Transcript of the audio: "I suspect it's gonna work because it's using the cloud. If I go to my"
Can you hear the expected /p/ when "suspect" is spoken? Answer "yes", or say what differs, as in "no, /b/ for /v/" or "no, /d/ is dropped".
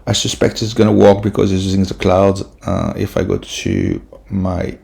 yes